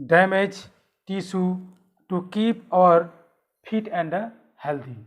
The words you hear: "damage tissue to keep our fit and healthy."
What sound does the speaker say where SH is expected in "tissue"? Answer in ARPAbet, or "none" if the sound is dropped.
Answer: S